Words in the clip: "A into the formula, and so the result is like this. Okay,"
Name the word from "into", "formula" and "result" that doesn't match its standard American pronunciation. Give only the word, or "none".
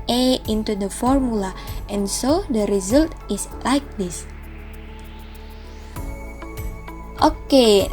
none